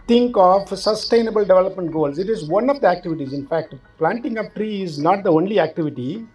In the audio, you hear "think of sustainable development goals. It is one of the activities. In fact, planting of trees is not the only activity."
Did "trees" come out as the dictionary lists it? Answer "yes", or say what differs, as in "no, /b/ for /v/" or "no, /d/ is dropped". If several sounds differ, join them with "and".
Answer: no, /z/ is dropped